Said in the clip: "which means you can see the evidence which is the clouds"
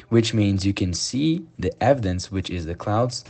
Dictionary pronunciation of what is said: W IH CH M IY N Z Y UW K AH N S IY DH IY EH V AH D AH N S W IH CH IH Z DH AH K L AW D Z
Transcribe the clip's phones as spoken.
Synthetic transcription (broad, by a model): W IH CH M IY N Z Y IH K AH N S IY DH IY EH V AH D AH N S W IH CH IH Z DH AH K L AW D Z